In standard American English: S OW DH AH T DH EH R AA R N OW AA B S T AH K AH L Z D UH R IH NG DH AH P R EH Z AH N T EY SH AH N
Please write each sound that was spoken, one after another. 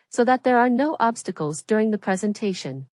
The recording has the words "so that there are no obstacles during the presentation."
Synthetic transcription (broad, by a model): S OW DH AH T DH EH R AA R N OW AA B S T AH K AH L Z D UH R IH NG DH AH P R EH Z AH N T EY SH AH N